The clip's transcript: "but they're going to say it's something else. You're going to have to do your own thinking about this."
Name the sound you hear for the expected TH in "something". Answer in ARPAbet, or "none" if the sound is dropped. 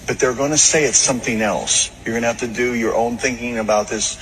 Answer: TH